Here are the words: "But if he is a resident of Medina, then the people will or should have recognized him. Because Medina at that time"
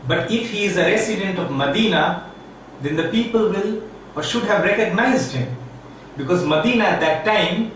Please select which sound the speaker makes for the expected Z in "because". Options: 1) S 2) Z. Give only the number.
2